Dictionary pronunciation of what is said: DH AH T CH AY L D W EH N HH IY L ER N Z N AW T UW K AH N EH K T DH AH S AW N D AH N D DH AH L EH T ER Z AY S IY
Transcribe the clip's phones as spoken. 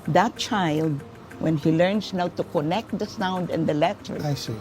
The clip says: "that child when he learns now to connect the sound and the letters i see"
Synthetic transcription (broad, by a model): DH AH T CH AY L D W EH N HH IY L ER N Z N AW T UW K AH N EH K T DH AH S AW N D AH N D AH L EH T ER AY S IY